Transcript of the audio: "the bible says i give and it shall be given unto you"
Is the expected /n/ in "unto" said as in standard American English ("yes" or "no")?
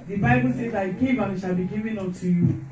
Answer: no